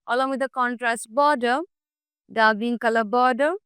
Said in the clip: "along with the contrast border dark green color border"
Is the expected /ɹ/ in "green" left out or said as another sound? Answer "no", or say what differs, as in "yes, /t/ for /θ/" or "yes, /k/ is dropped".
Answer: yes, /ɹ/ is dropped